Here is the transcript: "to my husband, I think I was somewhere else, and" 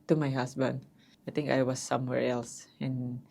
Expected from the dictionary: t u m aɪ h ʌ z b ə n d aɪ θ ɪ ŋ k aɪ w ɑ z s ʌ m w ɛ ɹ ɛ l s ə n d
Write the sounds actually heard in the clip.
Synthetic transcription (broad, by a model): t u m aɪ h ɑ s b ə n d aɪ t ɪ ŋ k aɪ w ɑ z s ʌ m w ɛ ɹ ɛ l s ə n